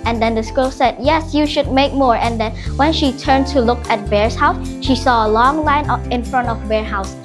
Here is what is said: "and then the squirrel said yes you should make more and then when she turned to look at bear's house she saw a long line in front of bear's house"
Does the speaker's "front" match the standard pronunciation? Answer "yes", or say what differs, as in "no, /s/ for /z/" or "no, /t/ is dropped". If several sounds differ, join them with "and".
yes